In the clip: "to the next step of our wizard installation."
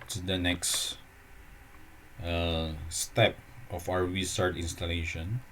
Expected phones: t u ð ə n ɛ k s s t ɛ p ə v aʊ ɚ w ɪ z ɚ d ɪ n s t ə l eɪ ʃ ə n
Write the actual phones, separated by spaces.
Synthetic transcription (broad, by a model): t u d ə n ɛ k s s t ɛ p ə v aʊ ɚ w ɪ s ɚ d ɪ n s t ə l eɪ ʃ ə n